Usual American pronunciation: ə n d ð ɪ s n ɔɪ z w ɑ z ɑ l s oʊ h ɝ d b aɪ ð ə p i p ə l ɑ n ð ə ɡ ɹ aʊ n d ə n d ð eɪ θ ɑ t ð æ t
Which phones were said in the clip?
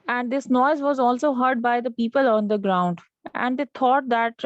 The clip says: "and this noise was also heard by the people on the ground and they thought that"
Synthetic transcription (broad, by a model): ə n d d ɪ s n ɔɪ z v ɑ z ɑ l s oʊ h ɝ d b aɪ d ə p i p ə l ɑ n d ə ɡ ɹ aʊ n d ə n d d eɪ t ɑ t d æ t